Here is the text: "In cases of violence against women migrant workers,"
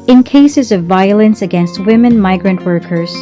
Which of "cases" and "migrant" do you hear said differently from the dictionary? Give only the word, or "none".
none